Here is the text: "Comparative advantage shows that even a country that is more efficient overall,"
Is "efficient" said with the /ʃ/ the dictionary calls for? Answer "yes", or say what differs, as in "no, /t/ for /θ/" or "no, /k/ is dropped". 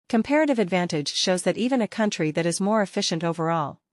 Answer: yes